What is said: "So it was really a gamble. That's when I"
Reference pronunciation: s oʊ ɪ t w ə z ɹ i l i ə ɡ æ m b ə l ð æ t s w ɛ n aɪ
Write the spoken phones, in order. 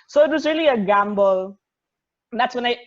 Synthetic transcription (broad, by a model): s oʊ ɪ t w ə z ɹ i l i ə ɡ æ m b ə l ð æ t s w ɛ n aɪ